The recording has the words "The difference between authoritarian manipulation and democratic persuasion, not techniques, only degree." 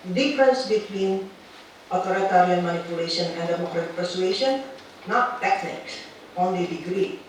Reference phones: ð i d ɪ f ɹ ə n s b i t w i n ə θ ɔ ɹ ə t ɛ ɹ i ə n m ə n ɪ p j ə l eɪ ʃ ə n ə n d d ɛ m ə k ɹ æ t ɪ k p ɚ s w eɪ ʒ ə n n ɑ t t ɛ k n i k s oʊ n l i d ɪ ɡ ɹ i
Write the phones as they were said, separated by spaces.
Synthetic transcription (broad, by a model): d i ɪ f ɹ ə n s b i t w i n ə t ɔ ɹ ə t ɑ ɹ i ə n m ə n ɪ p j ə l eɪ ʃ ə n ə n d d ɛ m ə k ɹ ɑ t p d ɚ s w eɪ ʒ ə n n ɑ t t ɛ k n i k s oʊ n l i d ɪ ɡ ɹ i